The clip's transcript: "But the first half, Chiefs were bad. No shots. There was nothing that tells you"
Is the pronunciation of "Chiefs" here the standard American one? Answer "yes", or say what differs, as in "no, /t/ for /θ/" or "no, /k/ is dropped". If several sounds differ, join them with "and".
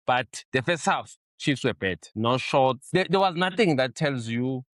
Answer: yes